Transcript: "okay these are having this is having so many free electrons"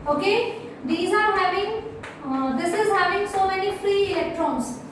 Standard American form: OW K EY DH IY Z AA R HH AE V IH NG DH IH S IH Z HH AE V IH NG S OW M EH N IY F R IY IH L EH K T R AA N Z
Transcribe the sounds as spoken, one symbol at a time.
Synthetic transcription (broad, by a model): OW K EY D IY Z AA R HH AE V IH NG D IH S IH Z HH AE V IH NG S OW M EH N IY F R IY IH L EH K T R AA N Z